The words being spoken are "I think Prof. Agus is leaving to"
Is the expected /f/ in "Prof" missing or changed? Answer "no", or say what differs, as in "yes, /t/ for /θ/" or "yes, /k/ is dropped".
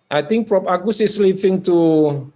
yes, /p/ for /f/